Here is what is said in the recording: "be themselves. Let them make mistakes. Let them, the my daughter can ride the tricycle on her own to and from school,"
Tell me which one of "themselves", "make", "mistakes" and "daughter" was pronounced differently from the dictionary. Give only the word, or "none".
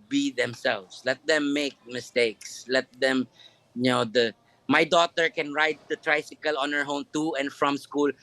themselves